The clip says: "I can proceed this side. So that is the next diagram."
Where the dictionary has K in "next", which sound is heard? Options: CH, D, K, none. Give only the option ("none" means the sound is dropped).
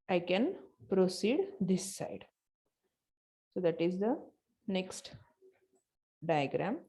K